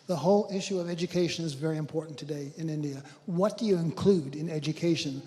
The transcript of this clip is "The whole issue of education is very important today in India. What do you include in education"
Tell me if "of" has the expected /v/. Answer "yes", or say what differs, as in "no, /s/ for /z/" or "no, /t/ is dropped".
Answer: yes